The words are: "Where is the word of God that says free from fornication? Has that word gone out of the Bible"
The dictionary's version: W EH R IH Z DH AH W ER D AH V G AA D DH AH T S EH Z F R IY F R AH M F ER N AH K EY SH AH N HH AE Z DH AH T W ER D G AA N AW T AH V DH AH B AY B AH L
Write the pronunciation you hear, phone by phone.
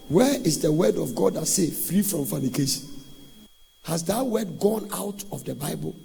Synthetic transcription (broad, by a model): W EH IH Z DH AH W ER D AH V G AA D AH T S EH F R IY F R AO M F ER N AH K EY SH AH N HH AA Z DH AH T W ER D G AA N AW T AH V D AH B AY B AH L